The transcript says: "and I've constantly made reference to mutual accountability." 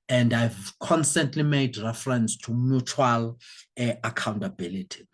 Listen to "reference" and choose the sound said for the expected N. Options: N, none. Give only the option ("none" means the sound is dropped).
N